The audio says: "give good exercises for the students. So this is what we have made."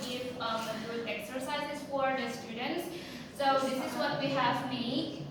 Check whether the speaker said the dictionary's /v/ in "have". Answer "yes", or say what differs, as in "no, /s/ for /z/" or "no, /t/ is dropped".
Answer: yes